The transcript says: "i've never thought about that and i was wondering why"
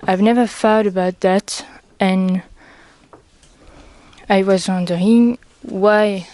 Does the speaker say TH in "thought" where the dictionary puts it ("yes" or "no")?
no